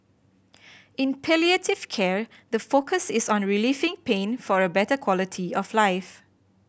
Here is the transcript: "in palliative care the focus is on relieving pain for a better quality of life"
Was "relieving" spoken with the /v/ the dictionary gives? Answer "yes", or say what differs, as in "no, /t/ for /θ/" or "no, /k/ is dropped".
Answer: no, /f/ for /v/